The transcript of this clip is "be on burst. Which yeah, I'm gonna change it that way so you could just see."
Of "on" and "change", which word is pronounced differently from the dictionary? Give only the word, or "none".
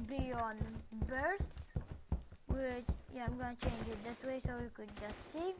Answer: none